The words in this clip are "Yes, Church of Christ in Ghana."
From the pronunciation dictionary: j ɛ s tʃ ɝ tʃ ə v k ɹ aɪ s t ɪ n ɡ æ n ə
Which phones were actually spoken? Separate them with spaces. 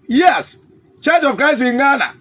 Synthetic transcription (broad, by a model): j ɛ s tʃ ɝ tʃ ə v k ɹ aɪ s ɪ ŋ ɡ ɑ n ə